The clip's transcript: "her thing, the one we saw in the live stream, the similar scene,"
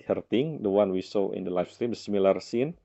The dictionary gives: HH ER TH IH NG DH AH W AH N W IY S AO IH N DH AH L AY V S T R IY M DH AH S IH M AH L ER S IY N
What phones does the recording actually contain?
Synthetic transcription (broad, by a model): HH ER T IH NG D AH W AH N W IY S AO IH N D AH L AY F S T R IY M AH S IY M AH L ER S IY N